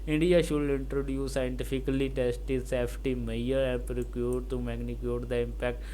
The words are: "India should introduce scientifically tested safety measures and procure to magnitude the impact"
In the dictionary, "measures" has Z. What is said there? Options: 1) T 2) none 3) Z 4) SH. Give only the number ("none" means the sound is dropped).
2